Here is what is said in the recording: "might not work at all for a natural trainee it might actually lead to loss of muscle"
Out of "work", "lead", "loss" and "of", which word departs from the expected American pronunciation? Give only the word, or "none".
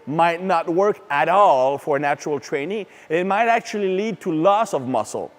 none